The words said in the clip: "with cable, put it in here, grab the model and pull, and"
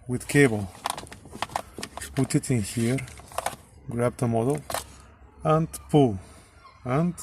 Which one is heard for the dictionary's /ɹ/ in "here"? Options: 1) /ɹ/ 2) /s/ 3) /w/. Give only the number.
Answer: 1